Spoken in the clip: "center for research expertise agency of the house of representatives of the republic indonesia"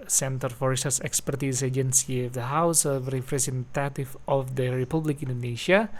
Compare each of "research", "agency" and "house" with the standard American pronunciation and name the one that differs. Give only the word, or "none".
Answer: research